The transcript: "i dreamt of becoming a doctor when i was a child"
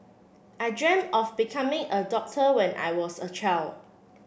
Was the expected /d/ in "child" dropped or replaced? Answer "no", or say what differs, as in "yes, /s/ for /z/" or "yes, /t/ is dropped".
yes, /d/ is dropped